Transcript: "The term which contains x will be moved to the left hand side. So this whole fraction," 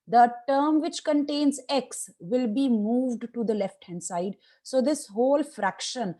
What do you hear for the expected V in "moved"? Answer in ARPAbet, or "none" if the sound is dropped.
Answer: V